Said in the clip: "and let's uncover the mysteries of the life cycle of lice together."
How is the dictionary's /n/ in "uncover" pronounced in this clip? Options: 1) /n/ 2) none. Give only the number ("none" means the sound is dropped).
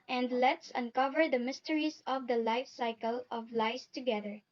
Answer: 1